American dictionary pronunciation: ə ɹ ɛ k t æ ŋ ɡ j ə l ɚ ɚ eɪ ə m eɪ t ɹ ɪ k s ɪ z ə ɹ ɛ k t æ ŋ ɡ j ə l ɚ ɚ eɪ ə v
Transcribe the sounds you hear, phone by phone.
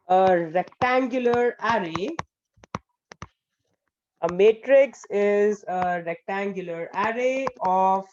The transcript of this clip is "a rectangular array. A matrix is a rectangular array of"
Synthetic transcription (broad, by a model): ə ɹ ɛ k t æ ŋ ɡ j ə l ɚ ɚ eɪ ə m eɪ t ɹ ɪ k s ɪ z ə ɹ ɛ k t æ ŋ ɡ j ə l ɚ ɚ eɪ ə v